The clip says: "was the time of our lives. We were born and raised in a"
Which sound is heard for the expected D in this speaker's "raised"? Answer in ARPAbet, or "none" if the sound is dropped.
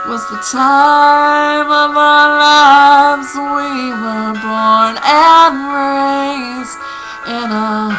none